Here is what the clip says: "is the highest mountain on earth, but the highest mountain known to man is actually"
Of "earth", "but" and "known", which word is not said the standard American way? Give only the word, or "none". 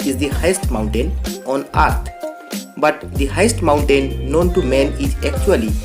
earth